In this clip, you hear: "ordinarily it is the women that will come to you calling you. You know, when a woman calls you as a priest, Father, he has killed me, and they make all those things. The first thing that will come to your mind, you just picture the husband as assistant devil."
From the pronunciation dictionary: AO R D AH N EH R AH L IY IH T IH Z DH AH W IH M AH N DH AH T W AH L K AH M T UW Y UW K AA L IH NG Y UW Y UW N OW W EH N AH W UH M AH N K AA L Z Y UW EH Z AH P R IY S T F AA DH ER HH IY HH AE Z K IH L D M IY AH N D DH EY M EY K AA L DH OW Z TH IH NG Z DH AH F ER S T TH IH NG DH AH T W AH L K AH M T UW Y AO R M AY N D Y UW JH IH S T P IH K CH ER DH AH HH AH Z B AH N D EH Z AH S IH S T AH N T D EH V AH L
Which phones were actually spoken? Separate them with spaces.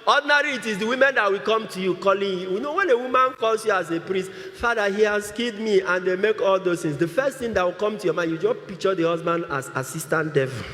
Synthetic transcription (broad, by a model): AO D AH N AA R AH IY T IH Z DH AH W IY M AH N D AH T W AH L K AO M T UW Y UW K AA L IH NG Y UW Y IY N OW W EH N AH W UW M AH N K AA L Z Y UW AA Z AH P R IY S T F AA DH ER HH IY HH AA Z K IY D M IY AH N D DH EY M EY K AA L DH OW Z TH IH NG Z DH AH F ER S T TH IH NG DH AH T W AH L K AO M T UW Y AO M AY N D Y UW JH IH S P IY K CH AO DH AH HH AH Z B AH N D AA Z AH S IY S T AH N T D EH V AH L